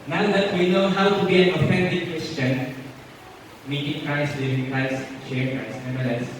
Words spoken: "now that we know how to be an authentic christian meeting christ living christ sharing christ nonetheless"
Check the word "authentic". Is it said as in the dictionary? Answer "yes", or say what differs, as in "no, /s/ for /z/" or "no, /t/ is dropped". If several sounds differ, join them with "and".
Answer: no, /f/ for /θ/ and /s/ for /t/